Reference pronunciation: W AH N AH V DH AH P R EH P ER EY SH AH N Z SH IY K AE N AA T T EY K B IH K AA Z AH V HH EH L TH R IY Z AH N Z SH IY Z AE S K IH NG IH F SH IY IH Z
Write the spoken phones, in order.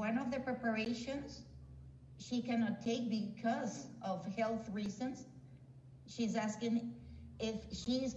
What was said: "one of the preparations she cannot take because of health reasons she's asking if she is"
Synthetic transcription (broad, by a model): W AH N AH V DH AH P R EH P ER EY SH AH N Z SH IY K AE N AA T T EY K B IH K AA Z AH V HH EH L TH R IY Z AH N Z SH IY Z AE S K IH NG IH F SH IY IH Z